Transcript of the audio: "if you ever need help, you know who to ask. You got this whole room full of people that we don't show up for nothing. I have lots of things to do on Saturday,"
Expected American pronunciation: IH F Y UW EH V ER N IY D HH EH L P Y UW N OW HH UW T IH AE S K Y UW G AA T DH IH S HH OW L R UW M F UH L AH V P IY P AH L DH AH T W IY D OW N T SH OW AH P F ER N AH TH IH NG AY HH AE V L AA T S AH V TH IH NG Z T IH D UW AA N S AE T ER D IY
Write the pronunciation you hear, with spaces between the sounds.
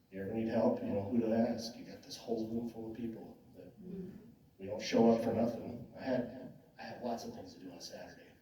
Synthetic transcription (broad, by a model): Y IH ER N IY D HH EH L P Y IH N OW HH UW T IH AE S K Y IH G AA T DH IH S HH OW L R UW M F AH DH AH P IY P L DH AH T W IY D OW N T SH OW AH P F ER N AH TH IH NG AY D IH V L AA T S AH V TH IH NG Z T IH D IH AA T S AE T ER D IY